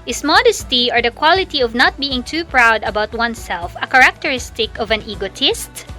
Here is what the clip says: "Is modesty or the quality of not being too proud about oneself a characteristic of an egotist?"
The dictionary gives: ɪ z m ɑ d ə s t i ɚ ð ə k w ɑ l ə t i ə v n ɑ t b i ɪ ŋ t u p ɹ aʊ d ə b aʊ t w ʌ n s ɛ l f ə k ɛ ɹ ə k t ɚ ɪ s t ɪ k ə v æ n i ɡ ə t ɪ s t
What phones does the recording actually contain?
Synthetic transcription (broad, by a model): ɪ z m ɑ d ə s t i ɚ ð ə k w ɑ l ə t i ə v n ɑ t b i ɪ ŋ t u p ɹ aʊ d ə b aʊ t w ʌ n s ɛ l f ə k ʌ ɹ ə k t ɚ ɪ s t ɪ k ə v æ n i ɡ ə t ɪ s t